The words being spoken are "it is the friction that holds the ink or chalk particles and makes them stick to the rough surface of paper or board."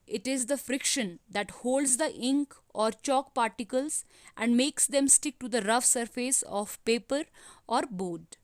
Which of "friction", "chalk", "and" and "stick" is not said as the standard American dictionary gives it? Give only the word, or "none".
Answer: none